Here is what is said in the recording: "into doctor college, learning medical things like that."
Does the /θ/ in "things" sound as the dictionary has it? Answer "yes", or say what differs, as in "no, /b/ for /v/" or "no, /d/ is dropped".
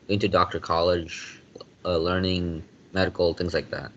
yes